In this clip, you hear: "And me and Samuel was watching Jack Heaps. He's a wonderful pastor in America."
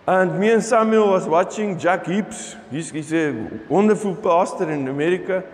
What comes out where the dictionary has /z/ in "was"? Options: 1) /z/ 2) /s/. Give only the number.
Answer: 2